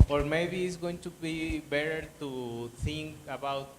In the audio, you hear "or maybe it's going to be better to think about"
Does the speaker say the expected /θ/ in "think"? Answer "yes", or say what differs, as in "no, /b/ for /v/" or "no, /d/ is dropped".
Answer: no, /t/ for /θ/